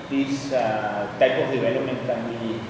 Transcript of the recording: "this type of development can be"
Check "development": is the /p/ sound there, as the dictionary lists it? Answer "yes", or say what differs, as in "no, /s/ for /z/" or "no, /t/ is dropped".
no, /p/ is dropped